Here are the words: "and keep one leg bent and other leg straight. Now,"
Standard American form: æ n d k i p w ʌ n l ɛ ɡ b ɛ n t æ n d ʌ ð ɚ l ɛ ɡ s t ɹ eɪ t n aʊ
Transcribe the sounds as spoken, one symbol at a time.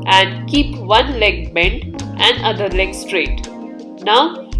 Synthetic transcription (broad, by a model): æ n d k i p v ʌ n l ɛ ɡ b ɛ n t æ n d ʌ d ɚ l ɛ ɡ s t ɹ eɪ t n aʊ